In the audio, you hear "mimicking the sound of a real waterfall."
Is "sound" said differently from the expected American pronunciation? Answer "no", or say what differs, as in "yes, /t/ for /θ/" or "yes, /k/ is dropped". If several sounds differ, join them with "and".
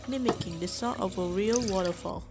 yes, /d/ is dropped